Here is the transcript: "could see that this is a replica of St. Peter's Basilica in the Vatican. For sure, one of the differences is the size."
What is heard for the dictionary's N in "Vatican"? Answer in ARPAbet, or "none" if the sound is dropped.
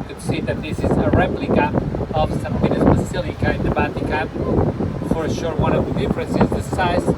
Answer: L